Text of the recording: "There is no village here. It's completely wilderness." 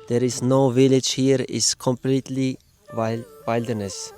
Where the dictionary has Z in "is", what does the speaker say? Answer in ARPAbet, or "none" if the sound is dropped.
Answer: S